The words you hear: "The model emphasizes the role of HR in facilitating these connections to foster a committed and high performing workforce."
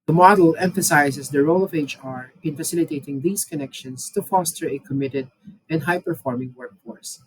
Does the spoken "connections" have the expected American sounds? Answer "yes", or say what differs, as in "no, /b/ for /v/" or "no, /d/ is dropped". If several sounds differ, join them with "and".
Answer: no, /s/ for /z/